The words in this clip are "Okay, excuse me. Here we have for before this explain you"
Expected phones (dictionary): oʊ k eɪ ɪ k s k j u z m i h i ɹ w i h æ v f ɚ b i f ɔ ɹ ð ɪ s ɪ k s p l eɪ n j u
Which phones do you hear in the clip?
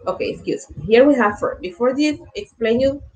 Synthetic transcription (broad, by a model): oʊ k eɪ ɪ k s k j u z m i h i ɹ w i h æ v f ɚ b i f ɔ ɹ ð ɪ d ɪ k s p l eɪ n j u